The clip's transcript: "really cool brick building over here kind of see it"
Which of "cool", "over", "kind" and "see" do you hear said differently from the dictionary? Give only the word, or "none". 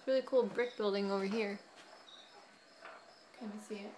kind